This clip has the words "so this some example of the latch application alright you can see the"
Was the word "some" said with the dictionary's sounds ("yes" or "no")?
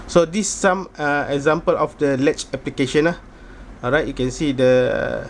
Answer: no